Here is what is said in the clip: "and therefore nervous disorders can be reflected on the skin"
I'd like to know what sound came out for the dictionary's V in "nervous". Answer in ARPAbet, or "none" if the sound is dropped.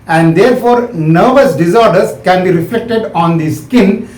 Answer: V